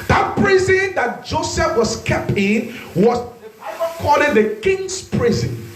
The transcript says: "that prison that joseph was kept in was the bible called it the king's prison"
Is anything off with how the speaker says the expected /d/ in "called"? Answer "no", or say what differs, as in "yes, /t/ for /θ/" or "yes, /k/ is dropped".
yes, /d/ is dropped